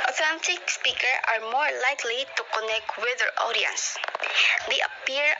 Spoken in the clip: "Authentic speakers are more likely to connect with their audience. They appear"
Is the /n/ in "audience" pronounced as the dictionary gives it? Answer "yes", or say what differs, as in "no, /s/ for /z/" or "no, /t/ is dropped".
yes